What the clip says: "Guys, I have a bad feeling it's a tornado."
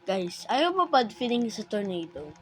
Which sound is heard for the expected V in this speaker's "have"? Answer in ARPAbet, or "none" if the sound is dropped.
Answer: B